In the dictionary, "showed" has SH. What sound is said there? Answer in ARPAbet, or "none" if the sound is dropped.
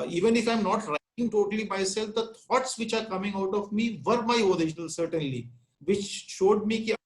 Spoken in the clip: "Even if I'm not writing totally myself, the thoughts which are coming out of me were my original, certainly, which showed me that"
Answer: SH